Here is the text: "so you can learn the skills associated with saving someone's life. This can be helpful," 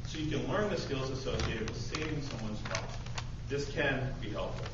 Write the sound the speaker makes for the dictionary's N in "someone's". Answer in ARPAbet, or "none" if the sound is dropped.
N